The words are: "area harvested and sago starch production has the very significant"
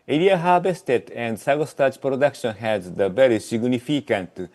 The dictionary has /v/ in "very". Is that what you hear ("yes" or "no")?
no